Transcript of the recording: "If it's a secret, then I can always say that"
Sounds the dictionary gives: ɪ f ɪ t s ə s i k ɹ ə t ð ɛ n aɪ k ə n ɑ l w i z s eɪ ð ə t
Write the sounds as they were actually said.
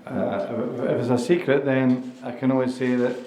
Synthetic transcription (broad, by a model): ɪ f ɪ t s ə s i k ɹ ə t ð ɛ n aɪ k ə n ɑ l w i z s eɪ ð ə t